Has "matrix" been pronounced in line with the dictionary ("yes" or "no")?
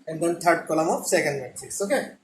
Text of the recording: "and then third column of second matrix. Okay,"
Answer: no